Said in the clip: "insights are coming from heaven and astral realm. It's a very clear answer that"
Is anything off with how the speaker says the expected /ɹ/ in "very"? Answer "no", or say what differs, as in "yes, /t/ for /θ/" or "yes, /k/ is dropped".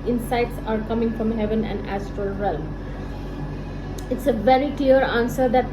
no